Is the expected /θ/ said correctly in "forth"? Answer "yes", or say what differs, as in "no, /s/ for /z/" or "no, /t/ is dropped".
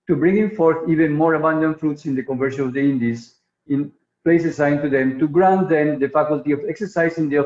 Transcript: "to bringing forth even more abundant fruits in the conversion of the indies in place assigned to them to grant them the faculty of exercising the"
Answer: yes